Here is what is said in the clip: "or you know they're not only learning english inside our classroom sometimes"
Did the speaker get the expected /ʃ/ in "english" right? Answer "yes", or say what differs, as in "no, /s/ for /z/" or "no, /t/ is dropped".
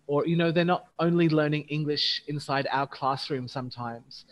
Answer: yes